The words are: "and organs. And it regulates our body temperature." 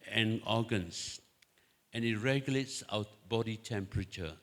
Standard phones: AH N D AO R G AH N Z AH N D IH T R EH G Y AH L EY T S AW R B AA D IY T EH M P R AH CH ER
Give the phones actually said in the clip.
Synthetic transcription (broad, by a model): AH N AO G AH N S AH N IH T R EH G Y AH L EY T S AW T B AA D IY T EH M P R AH CH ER